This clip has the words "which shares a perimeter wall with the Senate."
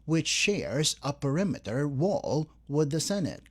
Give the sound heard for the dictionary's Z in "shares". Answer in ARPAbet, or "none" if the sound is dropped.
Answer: Z